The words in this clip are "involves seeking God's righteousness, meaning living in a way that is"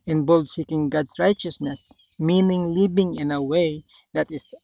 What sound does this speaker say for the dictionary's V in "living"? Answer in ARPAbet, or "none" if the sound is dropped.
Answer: B